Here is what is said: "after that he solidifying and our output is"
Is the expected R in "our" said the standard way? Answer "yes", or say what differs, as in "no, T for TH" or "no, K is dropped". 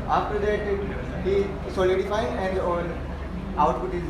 no, L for R